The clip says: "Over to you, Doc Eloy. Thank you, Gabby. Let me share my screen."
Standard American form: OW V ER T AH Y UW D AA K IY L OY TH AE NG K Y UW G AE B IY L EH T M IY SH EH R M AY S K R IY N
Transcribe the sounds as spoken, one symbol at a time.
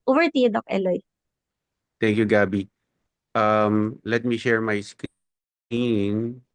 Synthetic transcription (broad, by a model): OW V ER T AH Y D AA K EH L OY T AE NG K Y UW G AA B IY L EH T M IY SH EH R M AY S K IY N